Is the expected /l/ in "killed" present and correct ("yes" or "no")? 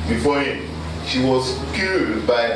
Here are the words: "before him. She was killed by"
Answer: no